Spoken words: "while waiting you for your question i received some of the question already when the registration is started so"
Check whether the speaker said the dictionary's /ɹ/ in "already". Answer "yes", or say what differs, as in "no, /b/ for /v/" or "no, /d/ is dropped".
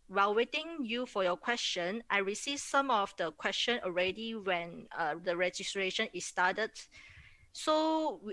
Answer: yes